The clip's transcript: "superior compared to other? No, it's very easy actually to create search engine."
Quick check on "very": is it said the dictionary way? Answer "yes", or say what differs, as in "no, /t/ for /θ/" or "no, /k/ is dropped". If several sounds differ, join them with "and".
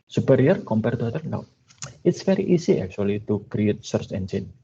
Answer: no, /f/ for /v/